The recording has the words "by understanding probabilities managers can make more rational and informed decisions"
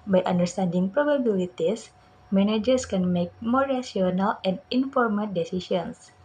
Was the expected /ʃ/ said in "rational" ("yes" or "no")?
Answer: no